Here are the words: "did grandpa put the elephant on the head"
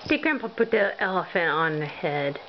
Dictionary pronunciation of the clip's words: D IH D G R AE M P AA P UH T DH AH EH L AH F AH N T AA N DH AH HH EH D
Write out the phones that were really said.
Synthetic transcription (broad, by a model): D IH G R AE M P P UH T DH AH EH L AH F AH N AA N DH AH HH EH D